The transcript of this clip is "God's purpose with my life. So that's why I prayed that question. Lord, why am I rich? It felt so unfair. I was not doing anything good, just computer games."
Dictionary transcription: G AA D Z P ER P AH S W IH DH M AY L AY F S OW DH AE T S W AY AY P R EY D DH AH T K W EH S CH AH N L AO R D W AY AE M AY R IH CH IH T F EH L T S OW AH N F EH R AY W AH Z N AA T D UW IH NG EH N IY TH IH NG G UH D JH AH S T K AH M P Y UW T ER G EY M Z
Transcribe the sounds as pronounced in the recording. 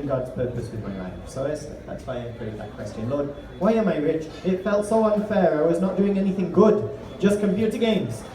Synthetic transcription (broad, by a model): G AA D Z P ER P AH S W IH DH M AY L AY F S OW DH AE T S W AY AY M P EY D DH AH T K W EH S CH AH N L AO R D W AY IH M AY R IH CH IH T F EH L T S OW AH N F EH R AY W AH Z N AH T D UW IH NG EH N IY TH IH NG G UH D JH AH S K AH M P Y UW T ER G EY M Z